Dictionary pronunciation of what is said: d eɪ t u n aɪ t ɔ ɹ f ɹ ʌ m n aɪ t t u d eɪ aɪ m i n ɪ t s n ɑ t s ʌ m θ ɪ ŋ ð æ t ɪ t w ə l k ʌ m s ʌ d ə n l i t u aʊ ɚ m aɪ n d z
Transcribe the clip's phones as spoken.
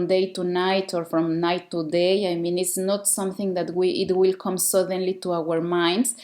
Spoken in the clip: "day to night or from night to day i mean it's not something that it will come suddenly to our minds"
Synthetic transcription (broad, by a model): d eɪ t u n aɪ t ɔ ɹ f ɹ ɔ m n aɪ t t u d eɪ aɪ m i n ɪ t s n ɑ t s ʌ m θ ɪ ŋ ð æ t ɪ t w ə l k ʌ m s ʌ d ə n l i t u aʊ ɚ m aɪ n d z